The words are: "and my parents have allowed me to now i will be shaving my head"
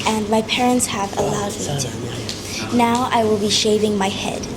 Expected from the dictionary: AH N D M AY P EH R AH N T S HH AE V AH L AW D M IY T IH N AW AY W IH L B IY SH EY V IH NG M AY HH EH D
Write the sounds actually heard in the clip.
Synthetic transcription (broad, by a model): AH N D M AY P EH R AH N T S HH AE V AH L AW D M IY T IH N AW AY W IH L B IY SH EY V IH NG M AY HH EH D